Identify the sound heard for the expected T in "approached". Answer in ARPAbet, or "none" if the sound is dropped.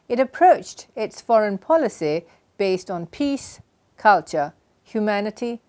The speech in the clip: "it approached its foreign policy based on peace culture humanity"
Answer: T